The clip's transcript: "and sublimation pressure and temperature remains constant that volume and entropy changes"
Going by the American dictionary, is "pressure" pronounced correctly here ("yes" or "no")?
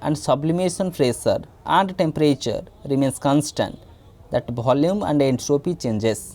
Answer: no